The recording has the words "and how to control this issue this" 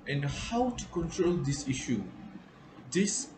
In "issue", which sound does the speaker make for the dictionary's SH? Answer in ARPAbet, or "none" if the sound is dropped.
SH